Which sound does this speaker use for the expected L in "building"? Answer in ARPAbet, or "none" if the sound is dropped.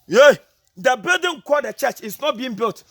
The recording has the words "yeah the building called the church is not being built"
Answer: none